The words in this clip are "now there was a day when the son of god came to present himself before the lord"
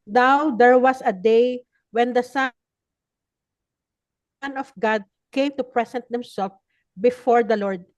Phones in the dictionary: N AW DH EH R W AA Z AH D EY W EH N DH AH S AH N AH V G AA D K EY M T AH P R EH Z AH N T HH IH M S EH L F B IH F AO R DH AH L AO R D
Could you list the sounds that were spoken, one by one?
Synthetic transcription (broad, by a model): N AW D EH R W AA S AH D EY W EH N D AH S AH N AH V G AA D K EY M T AH P R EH S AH N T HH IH M S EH L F B IH F AO R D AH L AO R D